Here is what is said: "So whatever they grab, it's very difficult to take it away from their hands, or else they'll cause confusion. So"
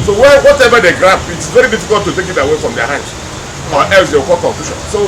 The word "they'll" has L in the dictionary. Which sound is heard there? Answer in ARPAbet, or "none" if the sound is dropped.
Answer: W